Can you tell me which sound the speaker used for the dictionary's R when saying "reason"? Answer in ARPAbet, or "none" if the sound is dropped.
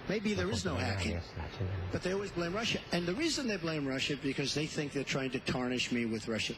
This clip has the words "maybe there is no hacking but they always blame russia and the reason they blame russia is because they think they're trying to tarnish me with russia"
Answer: R